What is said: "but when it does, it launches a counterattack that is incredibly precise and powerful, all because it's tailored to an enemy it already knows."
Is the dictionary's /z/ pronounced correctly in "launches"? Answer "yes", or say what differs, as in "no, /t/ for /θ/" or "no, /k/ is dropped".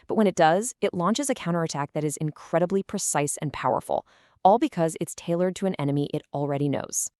yes